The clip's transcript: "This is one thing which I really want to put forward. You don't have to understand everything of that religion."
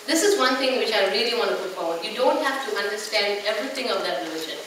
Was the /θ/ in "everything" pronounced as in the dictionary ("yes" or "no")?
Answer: no